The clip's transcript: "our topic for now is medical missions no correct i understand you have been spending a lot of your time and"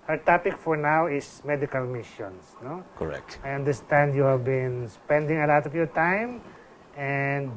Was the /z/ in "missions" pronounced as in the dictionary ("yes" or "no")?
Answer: no